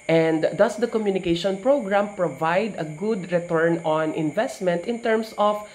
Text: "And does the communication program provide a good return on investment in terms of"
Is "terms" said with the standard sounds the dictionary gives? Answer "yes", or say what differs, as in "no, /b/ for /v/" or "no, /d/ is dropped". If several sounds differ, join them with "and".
no, /s/ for /z/